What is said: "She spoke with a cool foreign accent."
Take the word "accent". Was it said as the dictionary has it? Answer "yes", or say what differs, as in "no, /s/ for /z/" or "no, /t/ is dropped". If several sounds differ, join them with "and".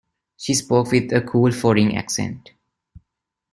yes